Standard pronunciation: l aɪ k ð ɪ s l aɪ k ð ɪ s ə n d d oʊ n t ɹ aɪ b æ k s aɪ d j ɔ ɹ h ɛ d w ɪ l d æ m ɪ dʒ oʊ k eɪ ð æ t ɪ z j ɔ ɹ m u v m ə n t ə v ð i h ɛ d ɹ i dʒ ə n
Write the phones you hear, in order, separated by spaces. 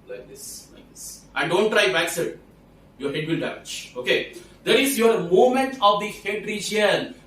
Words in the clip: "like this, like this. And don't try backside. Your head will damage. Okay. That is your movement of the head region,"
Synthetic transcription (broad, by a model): l aɪ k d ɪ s l aɪ k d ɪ s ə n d d oʊ n t ɹ aɪ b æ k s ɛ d j ɔ ɹ h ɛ d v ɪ l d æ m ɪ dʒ oʊ k eɪ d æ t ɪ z j ɔ ɹ m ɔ m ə n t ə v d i h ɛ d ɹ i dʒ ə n